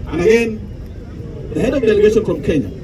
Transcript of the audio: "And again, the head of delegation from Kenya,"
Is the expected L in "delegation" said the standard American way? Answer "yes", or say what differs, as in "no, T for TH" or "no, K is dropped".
yes